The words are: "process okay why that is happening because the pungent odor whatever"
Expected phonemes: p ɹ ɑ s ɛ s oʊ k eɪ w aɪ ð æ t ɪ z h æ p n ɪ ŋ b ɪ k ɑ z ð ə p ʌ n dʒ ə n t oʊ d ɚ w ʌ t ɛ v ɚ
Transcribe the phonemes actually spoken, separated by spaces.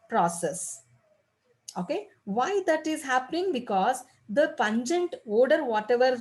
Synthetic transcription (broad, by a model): p ɹ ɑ s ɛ s oʊ k eɪ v aɪ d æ t ɪ z h æ p n ɪ ŋ b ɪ k ɑ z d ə p ʌ n dʒ ə n t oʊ d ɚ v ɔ t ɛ v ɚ